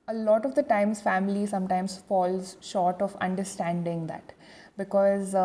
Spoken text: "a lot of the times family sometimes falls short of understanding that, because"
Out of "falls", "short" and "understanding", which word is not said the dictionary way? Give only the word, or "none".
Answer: none